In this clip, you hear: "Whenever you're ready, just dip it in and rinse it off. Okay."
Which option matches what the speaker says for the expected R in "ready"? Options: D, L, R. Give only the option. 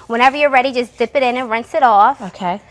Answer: R